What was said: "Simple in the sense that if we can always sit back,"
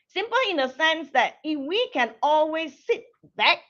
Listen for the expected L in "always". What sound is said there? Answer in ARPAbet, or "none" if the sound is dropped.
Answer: L